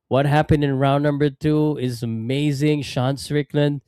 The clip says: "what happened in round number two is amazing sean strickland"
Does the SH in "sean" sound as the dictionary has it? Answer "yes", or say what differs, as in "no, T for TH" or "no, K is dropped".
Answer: yes